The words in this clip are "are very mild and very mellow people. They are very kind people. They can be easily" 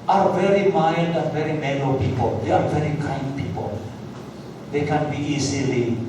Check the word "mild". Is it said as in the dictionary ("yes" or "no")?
no